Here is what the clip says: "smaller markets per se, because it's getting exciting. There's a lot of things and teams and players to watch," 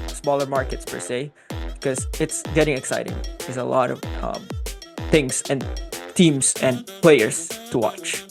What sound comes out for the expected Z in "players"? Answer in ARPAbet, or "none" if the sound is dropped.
S